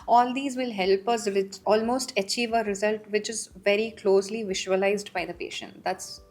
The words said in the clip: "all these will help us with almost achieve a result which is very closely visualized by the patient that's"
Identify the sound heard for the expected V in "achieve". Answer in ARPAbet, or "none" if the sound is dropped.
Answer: V